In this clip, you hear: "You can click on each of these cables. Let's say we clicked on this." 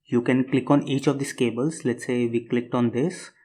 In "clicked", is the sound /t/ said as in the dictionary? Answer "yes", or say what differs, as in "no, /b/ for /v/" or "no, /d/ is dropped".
yes